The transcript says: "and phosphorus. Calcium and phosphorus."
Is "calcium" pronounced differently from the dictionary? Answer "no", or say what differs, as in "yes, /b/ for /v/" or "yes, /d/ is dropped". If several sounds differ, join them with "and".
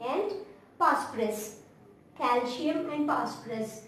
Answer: yes, /ʃ/ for /s/